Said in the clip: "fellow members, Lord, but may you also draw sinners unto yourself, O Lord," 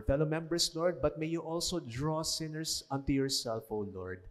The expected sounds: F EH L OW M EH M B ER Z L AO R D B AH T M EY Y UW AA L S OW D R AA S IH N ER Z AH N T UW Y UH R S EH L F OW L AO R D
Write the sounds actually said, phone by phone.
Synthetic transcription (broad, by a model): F EH L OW M EH M B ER S L AO R D B AH T M EY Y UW AA L S OW D R AA S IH N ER S AH N T UW Y UH R S EH L F OW L AO R D